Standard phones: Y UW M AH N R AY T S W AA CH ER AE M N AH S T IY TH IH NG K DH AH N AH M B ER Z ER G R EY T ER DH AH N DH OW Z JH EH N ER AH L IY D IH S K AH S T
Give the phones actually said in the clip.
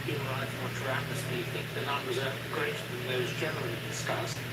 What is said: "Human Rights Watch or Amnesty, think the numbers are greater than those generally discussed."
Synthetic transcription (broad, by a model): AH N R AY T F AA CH ER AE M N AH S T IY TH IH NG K DH AH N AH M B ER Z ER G R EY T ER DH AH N DH OW Z JH EH N ER AH L IY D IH S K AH S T